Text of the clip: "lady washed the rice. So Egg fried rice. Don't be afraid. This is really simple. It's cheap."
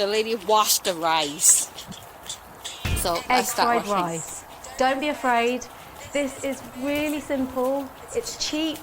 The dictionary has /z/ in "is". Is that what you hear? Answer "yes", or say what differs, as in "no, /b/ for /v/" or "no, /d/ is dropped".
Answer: yes